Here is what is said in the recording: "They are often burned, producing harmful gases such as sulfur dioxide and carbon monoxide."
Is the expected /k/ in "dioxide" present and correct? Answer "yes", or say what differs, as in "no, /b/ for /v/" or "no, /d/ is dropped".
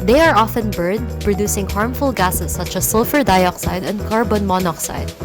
yes